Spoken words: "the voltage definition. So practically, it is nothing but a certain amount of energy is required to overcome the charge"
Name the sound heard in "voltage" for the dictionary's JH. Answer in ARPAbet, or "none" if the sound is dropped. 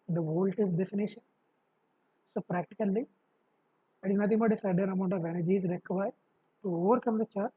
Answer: Z